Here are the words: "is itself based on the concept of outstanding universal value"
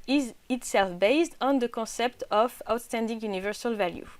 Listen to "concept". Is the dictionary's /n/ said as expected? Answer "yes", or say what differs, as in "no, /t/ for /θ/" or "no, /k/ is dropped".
no, /n/ is dropped